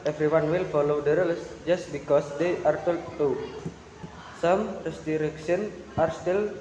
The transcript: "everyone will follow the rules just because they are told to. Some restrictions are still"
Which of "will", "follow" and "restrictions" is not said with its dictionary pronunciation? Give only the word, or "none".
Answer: restrictions